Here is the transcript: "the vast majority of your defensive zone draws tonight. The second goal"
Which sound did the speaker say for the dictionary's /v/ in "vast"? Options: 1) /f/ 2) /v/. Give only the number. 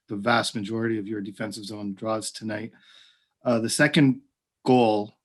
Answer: 2